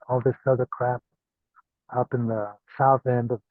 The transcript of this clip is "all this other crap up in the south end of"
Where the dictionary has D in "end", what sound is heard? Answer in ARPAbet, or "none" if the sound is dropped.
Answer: D